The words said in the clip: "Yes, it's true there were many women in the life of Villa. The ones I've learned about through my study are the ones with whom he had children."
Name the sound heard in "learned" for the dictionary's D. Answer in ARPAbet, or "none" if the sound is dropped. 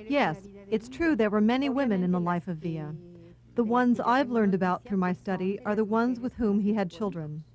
D